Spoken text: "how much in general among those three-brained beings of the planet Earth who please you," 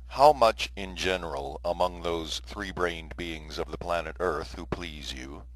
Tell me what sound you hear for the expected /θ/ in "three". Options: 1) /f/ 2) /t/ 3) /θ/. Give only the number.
3